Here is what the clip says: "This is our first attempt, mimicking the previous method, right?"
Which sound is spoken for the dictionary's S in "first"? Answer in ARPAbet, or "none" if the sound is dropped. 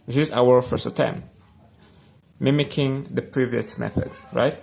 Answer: S